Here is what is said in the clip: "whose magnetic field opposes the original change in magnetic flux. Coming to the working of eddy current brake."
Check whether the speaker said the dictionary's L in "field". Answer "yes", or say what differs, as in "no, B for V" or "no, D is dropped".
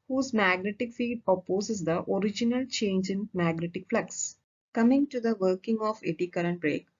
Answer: no, L is dropped